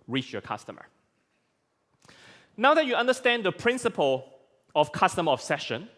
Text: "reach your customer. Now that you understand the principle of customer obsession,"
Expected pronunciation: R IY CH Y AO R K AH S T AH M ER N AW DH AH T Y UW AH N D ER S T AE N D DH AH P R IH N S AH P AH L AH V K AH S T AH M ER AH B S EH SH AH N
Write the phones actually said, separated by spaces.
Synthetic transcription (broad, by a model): R IY CH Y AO K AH S T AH M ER N AW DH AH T Y UW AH N D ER S T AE N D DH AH P R IH N S AH P AH L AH F K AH S T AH M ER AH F S EH SH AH N